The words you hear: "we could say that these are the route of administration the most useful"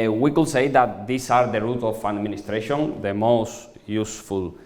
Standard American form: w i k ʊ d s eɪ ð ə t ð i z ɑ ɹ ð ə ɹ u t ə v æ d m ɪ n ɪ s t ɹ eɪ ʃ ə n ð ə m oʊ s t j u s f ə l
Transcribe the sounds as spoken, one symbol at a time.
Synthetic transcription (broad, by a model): w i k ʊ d s eɪ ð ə t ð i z ɑ ɹ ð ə ɹ u t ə f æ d m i n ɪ s t ɹ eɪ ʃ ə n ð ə m oʊ s t j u s f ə l